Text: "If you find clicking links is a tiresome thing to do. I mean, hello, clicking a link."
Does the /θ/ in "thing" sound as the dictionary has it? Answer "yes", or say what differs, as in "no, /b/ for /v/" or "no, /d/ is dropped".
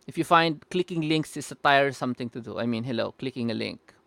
no, /t/ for /θ/